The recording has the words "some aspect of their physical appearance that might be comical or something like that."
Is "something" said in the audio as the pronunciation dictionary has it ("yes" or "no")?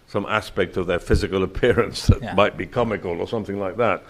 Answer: yes